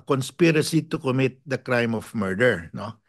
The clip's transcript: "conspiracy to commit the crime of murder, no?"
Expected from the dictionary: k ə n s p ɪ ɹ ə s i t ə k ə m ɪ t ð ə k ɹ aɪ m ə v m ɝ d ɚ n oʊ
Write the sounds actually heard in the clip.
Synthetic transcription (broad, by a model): k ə n s p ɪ ɹ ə s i t ə k ə m ɪ t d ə k ɹ aɪ m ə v m ɝ d ɚ n oʊ